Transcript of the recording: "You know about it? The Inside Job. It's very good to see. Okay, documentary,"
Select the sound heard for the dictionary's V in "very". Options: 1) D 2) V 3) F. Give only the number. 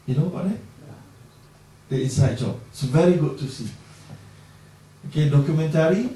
2